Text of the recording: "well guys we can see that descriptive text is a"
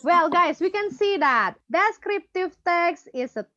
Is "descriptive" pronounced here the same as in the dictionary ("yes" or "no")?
yes